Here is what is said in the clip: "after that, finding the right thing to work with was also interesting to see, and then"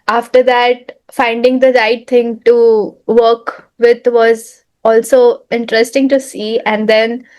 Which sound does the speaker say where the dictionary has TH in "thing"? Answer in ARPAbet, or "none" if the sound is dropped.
T